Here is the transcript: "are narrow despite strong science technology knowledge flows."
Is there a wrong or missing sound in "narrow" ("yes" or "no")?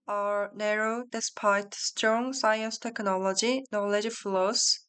no